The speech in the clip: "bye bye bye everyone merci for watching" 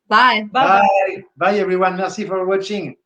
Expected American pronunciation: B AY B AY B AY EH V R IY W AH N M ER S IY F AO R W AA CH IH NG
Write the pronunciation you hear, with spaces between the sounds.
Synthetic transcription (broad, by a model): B AY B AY B AY EH V R IY W AH N M ER S IY F AO R W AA CH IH NG